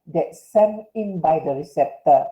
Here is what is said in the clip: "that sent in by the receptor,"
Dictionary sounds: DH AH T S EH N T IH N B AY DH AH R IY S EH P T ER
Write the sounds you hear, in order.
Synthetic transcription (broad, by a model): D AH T S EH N IH N B AY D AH R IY S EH P T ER